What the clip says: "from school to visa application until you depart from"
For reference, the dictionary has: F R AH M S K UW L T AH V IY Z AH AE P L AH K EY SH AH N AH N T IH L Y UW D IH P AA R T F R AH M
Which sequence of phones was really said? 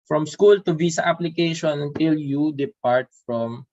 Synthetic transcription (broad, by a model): F R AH M S K UW L T AH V IY S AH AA P L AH K EY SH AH N AH N T IH L Y UW D IH P AA R T F R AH M